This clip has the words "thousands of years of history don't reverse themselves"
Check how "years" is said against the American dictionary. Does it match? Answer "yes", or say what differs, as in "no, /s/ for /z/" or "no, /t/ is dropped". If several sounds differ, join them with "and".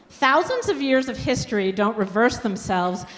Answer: yes